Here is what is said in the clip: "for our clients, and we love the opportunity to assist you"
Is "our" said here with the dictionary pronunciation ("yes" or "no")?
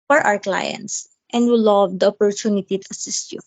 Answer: no